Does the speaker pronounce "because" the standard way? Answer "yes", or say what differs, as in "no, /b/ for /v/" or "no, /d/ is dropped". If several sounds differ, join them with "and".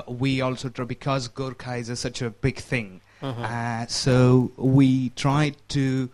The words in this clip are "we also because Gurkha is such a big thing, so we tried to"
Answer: yes